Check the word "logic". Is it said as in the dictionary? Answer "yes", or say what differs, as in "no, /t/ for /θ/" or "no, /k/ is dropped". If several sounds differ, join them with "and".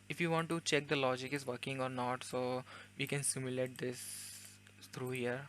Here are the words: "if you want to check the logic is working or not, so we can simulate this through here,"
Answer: yes